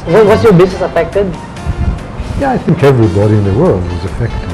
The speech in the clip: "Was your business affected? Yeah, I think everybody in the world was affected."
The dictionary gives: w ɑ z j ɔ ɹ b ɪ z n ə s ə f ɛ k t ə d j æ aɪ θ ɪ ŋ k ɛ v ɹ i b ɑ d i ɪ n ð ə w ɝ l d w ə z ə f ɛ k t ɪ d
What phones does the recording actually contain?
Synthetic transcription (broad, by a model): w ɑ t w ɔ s b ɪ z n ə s ə f ɛ k t ə d j æ aɪ θ ɪ ŋ k ɛ v ɹ i b ɑ d i ɪ n ð ə w ɝ l d w ə z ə f ɛ k t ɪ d